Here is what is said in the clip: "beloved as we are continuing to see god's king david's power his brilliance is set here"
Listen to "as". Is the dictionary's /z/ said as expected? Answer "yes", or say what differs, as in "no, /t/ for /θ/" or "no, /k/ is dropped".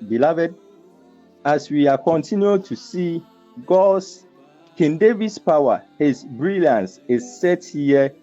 no, /s/ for /z/